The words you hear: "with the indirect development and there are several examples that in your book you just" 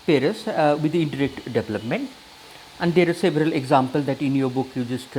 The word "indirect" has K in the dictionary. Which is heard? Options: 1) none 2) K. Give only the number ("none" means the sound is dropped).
2